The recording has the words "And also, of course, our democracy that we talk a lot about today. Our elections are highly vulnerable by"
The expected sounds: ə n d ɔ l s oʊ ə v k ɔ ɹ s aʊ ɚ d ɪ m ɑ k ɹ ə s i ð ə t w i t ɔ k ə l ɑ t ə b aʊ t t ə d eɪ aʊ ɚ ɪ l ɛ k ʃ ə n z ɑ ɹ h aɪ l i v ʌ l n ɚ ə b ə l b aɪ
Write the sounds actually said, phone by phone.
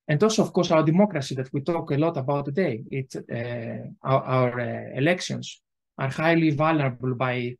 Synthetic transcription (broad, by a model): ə n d ɔ l s oʊ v k ɔ ɹ s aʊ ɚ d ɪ m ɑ k ɹ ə s i ð ə t w i t ɔ k ə l ɑ t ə b aʊ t t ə d eɪ aʊ ɚ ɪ l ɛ k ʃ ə n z ɑ ɹ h aɪ l i v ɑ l n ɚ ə b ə l b aɪ